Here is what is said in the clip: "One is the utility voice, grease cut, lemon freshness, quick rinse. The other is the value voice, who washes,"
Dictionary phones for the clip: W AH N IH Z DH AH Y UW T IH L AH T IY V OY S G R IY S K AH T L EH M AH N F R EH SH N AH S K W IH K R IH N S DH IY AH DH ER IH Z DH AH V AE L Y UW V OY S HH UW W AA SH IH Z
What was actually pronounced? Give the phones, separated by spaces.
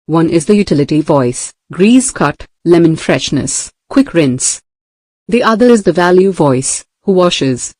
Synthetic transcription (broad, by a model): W AH N IH Z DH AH Y UW T IH L AH T IY V OY S G R IY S K AH T L EH M AH N F R EH SH N AH S K W IH K R IH N S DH IY AH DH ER IH Z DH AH V AE L Y UW V OY S HH UW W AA SH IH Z